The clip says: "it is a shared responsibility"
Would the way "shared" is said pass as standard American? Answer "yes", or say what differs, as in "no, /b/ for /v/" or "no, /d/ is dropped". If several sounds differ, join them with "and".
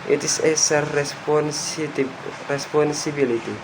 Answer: no, /s/ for /ʃ/